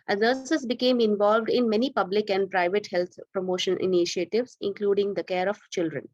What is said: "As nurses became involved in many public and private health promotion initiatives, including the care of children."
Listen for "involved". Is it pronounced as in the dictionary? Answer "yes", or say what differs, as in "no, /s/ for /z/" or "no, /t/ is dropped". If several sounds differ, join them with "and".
yes